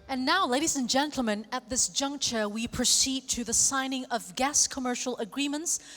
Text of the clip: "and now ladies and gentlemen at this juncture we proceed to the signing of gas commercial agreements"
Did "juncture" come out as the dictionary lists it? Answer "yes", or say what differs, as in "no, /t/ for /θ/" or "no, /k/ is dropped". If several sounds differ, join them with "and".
yes